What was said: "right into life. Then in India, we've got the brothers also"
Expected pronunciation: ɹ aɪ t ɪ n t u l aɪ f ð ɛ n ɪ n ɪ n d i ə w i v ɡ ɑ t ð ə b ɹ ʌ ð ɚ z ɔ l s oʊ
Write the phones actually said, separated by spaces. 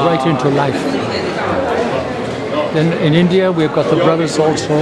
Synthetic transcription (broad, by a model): ɹ aɪ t ɪ n t u l aɪ f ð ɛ n ɪ n ɪ n d i ə w i v ɡ ɑ t ð ə b ɹ ʌ ð ɚ z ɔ l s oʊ